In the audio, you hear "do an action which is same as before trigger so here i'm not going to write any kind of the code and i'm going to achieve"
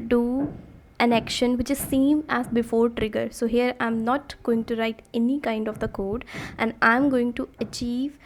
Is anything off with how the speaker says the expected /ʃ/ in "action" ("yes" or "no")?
no